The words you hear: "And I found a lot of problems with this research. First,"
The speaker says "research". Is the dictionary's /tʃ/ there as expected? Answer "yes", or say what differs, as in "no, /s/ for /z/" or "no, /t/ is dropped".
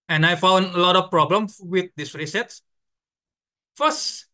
no, /s/ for /tʃ/